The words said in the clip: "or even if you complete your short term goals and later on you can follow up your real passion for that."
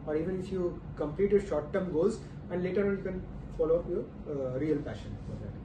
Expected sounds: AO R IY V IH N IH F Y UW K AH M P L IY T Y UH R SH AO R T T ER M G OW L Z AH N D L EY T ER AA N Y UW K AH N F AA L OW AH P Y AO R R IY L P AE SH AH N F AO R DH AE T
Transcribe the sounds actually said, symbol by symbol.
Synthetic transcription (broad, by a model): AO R IY V IH N IH F Y UW K AH M P L IY T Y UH SH AO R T T ER M G OW Z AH N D L EY T ER AA N Y UW K AH N F AA L OW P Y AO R R IY L P AE SH AH N F AO R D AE T